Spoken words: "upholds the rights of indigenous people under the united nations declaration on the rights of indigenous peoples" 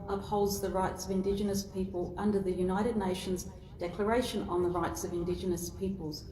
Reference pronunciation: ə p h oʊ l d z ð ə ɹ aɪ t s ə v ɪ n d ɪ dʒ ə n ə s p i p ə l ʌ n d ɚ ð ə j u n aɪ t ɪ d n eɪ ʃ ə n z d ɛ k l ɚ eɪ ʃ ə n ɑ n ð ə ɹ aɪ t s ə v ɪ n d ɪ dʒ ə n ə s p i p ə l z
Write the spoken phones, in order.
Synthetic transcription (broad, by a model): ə p h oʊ l d z ð ə ɹ aɪ t s ə v ɪ n d ɪ dʒ ə n ə s p i p ə l ʌ n d ɚ ð ə j u n aɪ t ɪ d n eɪ ʃ ə n z d ɛ k l ɚ eɪ ʃ ə n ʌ n ð ə ɹ aɪ t s ə v ɪ n d ɪ dʒ ə n ə s p i p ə l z